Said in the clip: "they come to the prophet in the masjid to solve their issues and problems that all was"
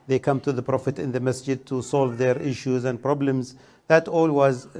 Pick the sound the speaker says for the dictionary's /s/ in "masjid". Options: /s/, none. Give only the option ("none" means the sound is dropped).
/s/